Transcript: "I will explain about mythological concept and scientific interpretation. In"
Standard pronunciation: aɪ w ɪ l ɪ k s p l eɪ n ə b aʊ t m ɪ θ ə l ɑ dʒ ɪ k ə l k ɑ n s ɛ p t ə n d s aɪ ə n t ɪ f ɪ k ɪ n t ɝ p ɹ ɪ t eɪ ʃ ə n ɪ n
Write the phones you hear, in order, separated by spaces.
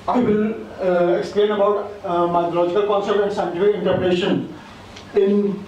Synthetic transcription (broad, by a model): aɪ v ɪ l ɪ k s p l eɪ n ə b aʊ t m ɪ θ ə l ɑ dʒ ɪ k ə l k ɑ n s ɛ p t ə n d s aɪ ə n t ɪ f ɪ ɪ n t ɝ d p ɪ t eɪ ʃ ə n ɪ n